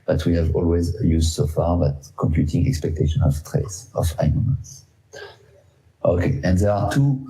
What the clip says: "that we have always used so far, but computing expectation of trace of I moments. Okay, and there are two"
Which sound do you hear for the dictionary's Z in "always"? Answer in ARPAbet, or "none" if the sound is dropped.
Z